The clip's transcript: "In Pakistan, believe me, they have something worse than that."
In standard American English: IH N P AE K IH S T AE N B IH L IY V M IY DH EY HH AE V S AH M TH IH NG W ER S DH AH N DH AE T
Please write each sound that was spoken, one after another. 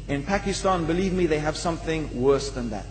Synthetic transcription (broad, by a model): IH N P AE K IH S T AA N B IH L IY V M IY DH EY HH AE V S AH M TH IH NG W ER S DH AH N DH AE T